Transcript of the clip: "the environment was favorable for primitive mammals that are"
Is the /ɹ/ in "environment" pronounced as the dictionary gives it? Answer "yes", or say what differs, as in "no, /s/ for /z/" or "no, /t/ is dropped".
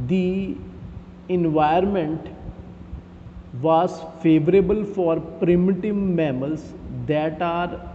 no, /ɹ/ is dropped